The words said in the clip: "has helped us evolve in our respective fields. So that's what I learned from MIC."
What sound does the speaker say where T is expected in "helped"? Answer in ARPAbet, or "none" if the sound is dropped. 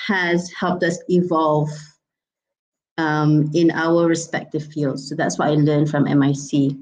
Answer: T